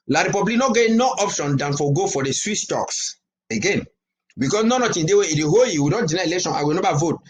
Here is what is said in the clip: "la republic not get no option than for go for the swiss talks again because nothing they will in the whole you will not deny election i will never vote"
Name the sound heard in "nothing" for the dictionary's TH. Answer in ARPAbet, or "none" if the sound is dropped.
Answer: T